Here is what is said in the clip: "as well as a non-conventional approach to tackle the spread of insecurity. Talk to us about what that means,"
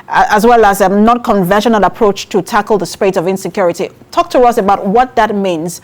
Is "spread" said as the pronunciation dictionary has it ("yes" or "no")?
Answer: no